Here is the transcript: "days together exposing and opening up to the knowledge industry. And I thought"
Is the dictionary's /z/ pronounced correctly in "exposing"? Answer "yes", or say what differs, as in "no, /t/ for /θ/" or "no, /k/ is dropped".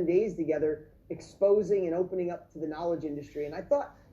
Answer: yes